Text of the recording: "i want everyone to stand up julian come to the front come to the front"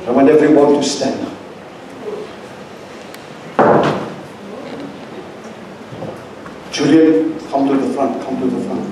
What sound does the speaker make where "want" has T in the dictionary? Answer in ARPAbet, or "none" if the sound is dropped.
none